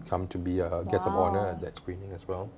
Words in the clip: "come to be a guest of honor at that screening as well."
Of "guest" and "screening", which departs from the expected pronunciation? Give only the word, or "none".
guest